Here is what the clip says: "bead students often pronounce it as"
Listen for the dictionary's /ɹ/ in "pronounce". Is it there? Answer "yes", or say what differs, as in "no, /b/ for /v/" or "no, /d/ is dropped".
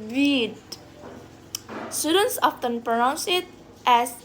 yes